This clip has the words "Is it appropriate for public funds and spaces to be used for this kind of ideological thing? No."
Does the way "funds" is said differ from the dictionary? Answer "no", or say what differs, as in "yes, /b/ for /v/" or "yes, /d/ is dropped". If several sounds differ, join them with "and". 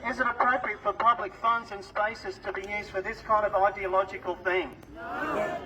no